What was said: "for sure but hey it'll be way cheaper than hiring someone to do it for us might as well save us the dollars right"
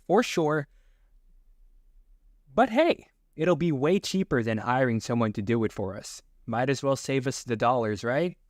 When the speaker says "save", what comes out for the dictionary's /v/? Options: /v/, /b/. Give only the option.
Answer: /v/